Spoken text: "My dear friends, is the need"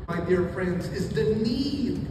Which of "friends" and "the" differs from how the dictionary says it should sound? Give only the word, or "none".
none